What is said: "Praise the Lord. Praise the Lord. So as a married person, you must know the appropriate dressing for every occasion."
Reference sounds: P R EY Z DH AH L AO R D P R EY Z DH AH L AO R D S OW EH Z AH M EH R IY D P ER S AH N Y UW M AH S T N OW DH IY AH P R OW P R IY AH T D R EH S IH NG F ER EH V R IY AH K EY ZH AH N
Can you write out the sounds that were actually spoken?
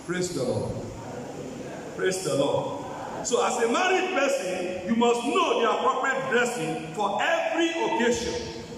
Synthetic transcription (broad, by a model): P R EY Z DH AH L AO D P R EY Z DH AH L AO D S OW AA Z AH M EH R IY D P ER S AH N Y UW M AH S T N OW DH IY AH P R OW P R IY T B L EH S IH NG F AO EH V R IY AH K EY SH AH N